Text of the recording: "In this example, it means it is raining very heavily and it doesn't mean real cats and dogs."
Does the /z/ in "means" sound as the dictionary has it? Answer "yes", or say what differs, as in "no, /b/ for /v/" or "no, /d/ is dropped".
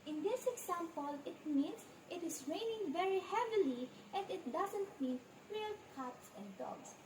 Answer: no, /s/ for /z/